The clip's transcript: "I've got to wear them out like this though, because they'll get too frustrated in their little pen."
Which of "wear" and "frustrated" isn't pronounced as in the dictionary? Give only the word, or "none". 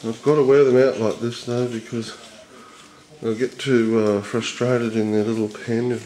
none